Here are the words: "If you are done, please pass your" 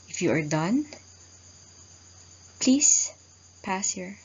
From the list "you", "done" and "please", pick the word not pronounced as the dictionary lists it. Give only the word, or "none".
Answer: please